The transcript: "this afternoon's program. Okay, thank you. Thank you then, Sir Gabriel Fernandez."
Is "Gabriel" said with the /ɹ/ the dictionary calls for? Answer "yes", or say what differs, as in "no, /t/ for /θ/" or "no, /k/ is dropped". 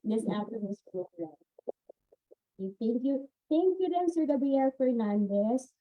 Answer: no, /ɹ/ is dropped